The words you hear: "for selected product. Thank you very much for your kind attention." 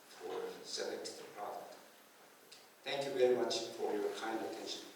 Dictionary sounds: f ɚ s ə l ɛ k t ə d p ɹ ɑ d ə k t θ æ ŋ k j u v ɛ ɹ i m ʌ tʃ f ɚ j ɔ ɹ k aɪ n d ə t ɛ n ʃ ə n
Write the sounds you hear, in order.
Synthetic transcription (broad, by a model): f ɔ s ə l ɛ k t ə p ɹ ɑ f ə t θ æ ŋ k j u v ɛ ɹ i m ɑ tʃ f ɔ j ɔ k aɪ n d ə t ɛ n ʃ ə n